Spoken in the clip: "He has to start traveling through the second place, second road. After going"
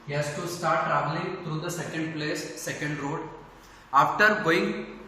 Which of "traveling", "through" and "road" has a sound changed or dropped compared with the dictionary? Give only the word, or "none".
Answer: through